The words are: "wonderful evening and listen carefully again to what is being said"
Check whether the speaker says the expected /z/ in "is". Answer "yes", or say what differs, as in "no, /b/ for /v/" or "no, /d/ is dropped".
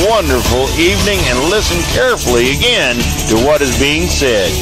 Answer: yes